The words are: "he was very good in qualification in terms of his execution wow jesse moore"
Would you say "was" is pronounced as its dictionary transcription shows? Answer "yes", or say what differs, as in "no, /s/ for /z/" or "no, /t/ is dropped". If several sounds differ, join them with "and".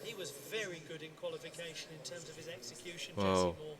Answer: yes